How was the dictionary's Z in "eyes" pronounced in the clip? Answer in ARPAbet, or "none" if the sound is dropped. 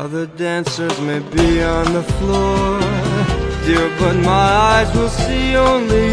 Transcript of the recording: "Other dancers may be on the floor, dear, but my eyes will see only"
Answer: Z